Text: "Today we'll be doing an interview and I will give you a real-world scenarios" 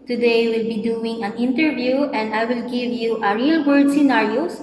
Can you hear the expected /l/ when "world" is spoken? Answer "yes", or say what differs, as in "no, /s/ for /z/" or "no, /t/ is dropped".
no, /l/ is dropped